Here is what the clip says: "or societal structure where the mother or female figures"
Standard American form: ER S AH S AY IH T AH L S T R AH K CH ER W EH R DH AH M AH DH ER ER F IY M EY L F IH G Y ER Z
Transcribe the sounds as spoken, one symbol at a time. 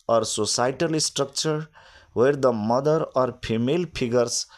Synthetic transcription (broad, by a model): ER S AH S AY T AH L S T R AH K CH ER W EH R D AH M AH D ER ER P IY M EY L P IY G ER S